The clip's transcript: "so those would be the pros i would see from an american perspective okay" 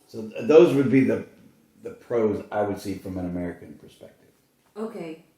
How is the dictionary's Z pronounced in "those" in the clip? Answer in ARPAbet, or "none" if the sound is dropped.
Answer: Z